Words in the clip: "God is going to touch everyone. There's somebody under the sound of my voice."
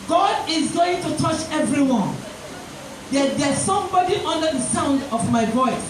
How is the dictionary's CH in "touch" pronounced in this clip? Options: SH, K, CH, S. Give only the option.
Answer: CH